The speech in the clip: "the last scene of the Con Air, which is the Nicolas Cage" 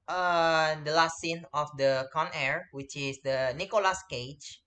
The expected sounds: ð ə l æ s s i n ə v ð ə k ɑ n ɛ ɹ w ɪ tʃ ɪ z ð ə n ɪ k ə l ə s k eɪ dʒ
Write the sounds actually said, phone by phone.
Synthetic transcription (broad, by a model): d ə l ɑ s s i n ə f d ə k ɑ n ɛ ɹ w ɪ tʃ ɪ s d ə n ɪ k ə l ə s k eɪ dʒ